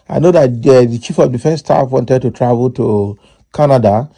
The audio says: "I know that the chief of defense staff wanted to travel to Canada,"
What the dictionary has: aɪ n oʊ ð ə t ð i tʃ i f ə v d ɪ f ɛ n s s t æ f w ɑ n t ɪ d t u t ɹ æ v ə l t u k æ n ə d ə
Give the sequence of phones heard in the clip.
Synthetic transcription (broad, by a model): aɪ n oʊ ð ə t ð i tʃ i f ə v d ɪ f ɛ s s t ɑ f w ɑ n t ɪ d t u t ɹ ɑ v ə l t u k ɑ n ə d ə